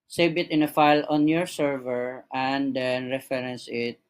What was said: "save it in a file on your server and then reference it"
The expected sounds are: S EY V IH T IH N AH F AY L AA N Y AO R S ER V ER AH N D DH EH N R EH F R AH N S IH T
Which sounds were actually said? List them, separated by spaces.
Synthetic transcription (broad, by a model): S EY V IH T IH N AH F AY L AA N Y AO R S ER V ER AH N D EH N R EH F R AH N S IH T